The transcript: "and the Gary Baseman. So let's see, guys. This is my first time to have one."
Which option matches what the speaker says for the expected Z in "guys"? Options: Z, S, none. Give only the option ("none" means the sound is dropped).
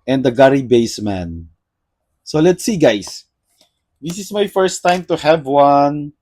S